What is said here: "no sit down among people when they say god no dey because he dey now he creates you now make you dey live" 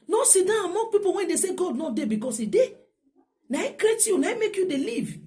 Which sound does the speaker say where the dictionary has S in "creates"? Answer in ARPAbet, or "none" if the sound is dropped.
none